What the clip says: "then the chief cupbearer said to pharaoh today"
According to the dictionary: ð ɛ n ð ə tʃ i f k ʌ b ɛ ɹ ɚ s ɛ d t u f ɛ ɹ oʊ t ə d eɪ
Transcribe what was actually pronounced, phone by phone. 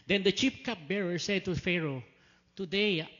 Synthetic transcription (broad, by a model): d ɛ n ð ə tʃ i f k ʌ b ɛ ɹ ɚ s ɛ d t u f ɛ ɹ oʊ t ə d eɪ